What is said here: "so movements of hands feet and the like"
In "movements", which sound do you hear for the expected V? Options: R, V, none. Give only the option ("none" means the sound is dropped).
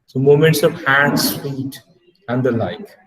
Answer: none